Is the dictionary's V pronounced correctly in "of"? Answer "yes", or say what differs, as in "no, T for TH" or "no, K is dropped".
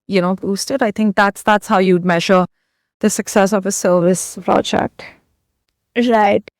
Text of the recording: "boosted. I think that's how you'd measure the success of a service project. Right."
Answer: yes